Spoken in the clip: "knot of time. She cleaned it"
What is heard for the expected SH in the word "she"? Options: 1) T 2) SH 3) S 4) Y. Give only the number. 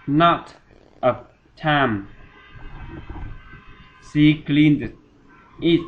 3